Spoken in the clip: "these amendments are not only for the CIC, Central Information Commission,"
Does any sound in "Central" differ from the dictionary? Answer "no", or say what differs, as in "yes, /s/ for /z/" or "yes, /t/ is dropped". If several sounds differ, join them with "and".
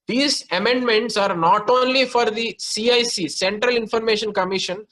no